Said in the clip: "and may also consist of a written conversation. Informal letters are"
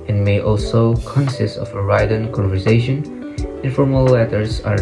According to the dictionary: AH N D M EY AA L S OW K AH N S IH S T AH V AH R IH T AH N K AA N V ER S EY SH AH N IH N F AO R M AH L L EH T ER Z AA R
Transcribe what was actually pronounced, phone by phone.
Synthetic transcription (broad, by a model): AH N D M EY AA L S OW K AH N S IH S T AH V AH R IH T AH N K AA N V ER S EY SH AH N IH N F AO R M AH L L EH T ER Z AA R